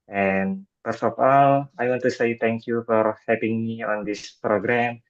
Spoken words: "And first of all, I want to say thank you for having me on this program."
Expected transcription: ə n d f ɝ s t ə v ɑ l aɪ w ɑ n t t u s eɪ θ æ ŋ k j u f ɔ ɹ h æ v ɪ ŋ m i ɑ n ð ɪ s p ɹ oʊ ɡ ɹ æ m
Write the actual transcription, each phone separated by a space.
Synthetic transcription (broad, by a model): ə n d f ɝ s ə f ɑ l aɪ w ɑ n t t u s eɪ t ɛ ŋ k j u f ɔ ɹ h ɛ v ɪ ŋ m i ɑ n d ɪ s p ɹ oʊ ɡ ɹ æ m